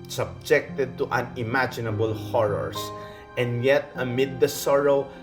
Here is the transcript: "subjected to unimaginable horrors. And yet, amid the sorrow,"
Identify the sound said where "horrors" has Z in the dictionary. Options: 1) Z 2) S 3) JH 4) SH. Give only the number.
2